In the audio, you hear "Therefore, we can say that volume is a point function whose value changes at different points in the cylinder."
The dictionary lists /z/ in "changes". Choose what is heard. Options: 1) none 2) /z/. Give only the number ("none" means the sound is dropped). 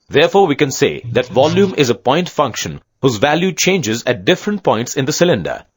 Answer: 2